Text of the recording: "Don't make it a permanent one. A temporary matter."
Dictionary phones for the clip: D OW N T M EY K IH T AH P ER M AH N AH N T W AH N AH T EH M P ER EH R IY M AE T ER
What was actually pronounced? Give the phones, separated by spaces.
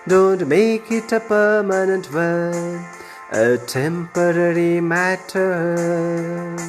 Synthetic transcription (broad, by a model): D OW N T M EY K IH T AH P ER M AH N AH N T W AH AH T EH M P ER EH R IY M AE T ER